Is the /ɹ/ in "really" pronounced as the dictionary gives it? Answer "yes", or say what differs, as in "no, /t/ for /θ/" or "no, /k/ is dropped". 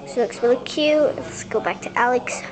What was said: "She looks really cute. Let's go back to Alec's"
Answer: no, /w/ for /ɹ/